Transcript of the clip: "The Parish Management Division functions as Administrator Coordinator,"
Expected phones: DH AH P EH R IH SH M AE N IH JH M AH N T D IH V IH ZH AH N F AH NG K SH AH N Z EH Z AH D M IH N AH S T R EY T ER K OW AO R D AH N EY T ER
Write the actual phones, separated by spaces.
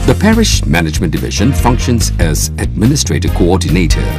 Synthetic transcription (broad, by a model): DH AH P EH R IH SH M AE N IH JH M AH N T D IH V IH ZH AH N F AH NG K SH AH N Z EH Z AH D M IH N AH S T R EY T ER K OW AO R D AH N EY T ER